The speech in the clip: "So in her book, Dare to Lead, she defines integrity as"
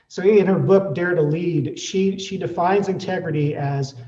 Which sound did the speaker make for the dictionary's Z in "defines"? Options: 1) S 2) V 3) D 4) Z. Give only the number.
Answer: 4